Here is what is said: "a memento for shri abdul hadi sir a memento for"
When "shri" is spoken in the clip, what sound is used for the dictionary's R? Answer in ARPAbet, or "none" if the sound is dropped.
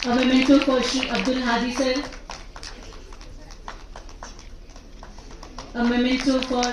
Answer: none